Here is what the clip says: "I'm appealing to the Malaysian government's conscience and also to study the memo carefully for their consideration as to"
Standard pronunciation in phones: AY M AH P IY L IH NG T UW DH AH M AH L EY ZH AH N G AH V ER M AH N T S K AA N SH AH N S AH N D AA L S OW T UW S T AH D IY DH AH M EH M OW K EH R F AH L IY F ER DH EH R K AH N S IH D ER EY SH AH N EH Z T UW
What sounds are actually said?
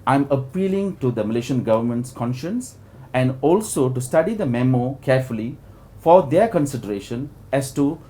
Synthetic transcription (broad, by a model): AY M AH P IY L IH NG T UW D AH M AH L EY SH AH N G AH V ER M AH N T S K AA N SH AH N S AH N D AA L S OW T UW S T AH D IY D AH M EH M OW K EH R F AH L IY F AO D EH K AH N S IH D ER EY SH AH N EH S T UW